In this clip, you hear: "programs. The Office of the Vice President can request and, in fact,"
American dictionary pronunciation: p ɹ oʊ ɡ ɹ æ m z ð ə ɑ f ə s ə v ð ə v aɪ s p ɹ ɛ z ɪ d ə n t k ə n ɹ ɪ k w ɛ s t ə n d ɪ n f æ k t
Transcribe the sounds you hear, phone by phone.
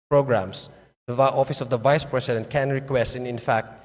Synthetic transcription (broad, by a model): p ɹ oʊ ɡ ɹ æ m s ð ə ɑ f ə s ə v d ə v aɪ s p ɹ ɛ s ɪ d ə n t k ə n ɹ ɪ k w ɛ s t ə n ɪ n f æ k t